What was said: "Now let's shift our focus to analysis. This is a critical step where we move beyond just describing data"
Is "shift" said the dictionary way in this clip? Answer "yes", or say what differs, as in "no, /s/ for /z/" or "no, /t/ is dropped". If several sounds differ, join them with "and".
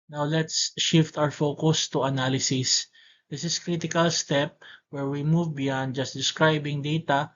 yes